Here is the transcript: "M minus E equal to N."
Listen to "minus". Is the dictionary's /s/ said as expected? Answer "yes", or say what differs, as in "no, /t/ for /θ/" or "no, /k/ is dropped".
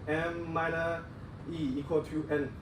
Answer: no, /s/ is dropped